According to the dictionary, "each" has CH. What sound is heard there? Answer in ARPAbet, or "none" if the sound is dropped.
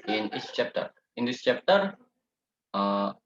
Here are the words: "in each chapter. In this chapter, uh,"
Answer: S